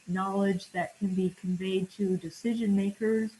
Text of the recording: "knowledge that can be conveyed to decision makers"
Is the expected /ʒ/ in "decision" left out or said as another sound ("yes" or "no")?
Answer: no